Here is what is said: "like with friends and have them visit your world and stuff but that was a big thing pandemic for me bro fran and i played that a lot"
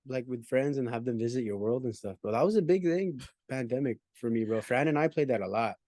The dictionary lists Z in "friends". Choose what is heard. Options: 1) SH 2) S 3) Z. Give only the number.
3